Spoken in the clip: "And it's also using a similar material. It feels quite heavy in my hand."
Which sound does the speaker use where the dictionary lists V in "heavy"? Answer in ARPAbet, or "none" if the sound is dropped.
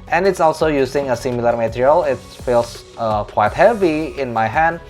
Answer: V